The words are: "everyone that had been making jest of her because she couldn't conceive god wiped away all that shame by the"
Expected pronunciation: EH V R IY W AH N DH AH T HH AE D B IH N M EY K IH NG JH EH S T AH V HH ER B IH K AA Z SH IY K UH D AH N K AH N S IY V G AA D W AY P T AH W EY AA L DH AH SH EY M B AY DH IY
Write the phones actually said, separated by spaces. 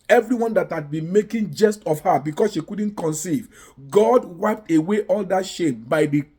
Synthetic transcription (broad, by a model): EH V R IY W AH N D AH T HH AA D B IH N M EY K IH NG JH EH S T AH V HH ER B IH K AA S SH IY K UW D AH N K AH N S IY V G AA D W AY P T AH W EY AA L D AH SH EY M B AY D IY